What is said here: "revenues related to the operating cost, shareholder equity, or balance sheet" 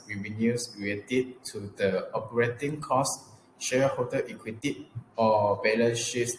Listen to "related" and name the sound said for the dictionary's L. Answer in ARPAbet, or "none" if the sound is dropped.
none